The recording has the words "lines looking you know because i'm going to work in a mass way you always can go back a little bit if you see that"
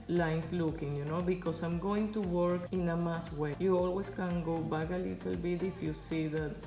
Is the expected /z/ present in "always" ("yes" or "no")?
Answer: no